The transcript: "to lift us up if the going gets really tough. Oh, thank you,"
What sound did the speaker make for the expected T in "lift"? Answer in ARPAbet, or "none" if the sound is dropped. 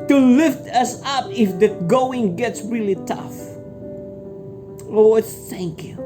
T